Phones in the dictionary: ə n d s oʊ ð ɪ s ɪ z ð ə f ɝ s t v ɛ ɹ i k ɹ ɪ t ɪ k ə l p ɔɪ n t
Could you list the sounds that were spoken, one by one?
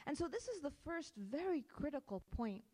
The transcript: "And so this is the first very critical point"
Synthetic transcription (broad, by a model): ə n s oʊ ð ɪ s ɪ z ð ə f ɝ s t v ɛ ɹ i k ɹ ɪ t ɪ k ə l p ɔɪ n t